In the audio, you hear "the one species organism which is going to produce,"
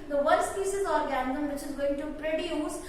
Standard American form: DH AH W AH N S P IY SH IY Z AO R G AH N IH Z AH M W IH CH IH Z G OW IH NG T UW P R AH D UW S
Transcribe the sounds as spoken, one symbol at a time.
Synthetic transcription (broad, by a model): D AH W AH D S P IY S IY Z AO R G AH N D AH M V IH CH IH Z G OW IH NG T UW P R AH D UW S